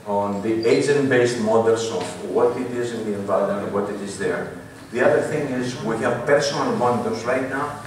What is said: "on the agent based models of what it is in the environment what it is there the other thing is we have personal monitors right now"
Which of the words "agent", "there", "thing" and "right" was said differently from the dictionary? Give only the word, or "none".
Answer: none